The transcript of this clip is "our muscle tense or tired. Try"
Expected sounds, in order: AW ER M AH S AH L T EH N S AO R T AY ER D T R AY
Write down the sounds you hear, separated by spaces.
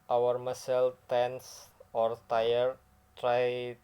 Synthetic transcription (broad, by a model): AW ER M AH S AH L T EH N S AO R T AY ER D T R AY